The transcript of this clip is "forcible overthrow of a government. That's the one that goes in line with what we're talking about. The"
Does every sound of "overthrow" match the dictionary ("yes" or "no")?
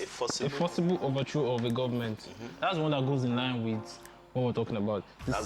no